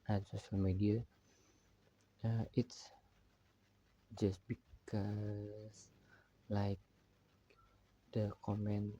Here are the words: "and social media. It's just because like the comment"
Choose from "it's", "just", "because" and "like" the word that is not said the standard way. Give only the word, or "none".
because